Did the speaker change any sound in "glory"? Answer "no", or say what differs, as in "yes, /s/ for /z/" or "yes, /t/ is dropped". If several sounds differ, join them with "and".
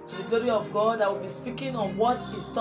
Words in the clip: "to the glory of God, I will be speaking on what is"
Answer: no